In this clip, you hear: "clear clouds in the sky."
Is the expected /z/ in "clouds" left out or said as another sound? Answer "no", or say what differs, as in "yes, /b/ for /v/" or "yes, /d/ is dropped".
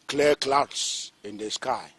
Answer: yes, /s/ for /z/